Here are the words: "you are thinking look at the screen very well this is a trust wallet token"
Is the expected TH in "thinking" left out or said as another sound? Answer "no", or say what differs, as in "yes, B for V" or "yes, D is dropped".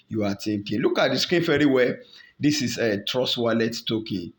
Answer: yes, T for TH